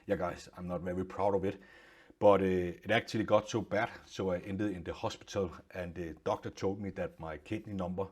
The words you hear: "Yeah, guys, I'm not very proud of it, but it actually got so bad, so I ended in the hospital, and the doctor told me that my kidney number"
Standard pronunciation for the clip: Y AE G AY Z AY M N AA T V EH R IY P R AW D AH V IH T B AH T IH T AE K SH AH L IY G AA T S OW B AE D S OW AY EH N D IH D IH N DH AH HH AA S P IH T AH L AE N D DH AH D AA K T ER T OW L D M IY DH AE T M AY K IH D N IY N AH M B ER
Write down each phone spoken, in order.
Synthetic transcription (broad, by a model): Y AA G AY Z AY M N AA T V EH R IY P R AW D AH V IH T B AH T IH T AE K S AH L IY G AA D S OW B AE D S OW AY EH N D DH IH N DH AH HH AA S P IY S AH L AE N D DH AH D AA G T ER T OW L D M IY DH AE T M AY K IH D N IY N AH M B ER